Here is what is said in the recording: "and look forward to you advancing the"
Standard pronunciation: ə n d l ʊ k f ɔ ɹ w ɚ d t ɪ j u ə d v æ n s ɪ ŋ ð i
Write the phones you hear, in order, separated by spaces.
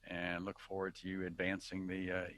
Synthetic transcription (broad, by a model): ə n l ʊ k f ɔ ɹ w ɚ d t ɪ j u ə d v æ n s ɪ ŋ ð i